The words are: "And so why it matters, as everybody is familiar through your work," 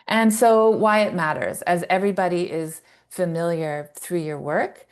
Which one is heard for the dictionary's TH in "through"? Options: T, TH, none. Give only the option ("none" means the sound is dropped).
TH